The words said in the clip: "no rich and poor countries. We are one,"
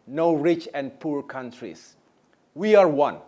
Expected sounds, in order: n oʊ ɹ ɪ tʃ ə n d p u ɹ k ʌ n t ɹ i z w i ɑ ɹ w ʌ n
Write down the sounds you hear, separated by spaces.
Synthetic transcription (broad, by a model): n oʊ ɹ ɪ tʃ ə n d p u ɹ k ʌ n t ɹ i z w i ɑ ɹ w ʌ n